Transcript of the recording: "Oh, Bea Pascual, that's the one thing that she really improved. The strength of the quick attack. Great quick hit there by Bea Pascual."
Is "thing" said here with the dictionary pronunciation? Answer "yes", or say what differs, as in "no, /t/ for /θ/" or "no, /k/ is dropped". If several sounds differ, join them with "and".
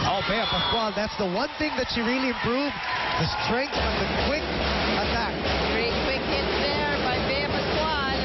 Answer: yes